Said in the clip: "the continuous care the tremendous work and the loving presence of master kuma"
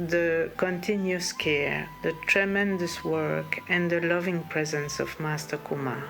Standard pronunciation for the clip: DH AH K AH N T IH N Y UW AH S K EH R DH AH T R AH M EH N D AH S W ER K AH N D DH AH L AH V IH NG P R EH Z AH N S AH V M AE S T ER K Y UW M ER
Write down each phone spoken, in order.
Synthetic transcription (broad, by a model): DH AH K AH N T IH N Y UW AH S K EH R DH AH T R AH M EH N D AH S W ER K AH N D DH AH L AH V IH NG P R EH Z AH N S AH V M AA S T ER K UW M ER